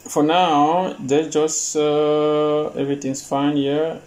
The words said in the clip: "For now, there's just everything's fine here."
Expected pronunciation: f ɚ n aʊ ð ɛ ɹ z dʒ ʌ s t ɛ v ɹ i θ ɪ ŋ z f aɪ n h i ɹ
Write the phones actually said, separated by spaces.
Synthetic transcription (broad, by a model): f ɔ n aʊ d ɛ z dʒ ʌ s t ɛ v ɹ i t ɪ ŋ s f aɪ n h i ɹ